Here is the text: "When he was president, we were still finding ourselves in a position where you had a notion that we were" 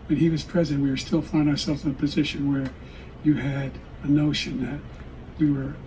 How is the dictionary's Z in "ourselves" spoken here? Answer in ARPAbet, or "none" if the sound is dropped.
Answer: Z